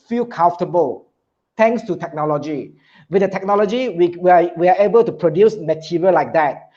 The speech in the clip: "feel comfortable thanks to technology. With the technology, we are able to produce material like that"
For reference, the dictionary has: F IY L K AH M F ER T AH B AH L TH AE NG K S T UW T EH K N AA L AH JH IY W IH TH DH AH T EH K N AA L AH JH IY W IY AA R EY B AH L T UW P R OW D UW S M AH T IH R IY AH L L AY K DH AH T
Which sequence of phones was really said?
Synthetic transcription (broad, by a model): F IY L K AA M F T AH B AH L T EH NG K S T UW T EH K N AA L AH JH IY W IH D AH T EH K N AA L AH JH IY W IY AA W EY B AH L T UW P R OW D UW S M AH T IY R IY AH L L AY K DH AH T